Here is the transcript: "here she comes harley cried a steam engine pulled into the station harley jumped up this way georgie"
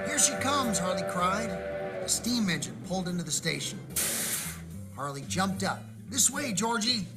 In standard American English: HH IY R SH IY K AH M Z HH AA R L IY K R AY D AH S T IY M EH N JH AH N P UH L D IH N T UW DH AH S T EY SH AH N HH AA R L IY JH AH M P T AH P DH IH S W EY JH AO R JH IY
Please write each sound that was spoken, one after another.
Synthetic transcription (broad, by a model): HH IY R SH IY K AH M Z HH AA R L IY K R AY D AH S T IY M EH N JH AH N P UH L D IH N T UW DH AH S T EY SH AH N HH AA R L IY JH AH M P T AH P DH IH S W EY JH AO R JH IY